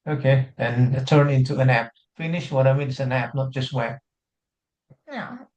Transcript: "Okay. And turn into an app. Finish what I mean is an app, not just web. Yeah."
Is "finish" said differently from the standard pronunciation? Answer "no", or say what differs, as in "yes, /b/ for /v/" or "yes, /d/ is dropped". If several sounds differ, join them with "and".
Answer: no